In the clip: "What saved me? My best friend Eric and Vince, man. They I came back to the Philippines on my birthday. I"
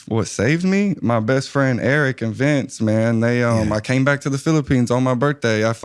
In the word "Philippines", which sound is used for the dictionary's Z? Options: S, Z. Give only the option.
Z